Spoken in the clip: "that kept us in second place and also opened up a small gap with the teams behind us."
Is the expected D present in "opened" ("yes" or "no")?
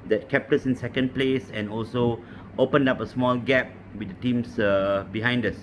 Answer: yes